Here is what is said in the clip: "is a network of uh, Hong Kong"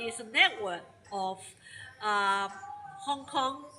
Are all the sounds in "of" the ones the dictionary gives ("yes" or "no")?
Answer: no